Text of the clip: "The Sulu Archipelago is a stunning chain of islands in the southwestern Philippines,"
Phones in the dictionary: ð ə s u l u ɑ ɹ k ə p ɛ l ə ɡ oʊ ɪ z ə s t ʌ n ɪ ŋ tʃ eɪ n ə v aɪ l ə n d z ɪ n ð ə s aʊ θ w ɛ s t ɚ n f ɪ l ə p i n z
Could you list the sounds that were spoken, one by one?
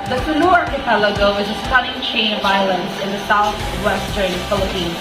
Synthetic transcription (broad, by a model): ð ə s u n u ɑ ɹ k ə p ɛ l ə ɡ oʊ ɪ z ə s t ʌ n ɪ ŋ tʃ eɪ n ə v aɪ l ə n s ɪ n ð ə s aʊ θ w ɛ s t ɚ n f ɪ l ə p i n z